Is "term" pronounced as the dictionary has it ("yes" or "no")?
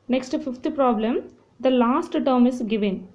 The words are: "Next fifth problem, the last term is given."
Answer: yes